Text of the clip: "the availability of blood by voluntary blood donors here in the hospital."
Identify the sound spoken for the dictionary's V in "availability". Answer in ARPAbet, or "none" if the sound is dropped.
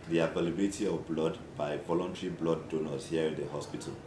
P